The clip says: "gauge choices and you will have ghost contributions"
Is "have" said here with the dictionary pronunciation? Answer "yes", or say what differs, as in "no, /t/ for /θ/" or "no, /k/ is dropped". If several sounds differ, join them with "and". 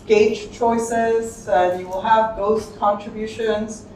yes